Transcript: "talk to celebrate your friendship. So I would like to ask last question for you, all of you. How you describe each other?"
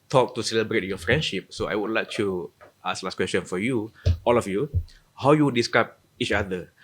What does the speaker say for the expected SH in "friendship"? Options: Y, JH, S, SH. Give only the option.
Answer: SH